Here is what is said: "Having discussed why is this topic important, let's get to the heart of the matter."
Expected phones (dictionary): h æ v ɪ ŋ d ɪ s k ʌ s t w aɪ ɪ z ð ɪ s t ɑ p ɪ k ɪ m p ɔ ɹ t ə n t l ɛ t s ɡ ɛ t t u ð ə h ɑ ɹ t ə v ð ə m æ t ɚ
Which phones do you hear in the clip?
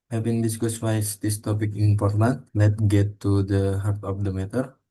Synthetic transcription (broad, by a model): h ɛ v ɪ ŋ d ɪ s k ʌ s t w aɪ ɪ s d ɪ s t ɑ p ɪ k ɪ m p ɔ ɹ t ə n t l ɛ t ɡ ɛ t t u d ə h ɑ ɹ t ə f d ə m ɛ t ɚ